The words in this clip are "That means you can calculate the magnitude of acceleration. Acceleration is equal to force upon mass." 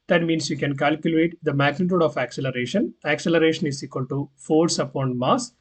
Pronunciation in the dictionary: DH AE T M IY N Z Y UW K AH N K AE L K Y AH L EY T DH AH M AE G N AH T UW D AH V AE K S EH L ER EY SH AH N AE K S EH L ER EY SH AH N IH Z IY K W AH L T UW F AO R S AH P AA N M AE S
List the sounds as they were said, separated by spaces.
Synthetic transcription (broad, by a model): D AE T M IY N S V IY K AH N K AE L K Y AH L EY T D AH M AE G N AH T UW D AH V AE K S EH L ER EY SH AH N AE K S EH L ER EY SH AH N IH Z IY K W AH L T UW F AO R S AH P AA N M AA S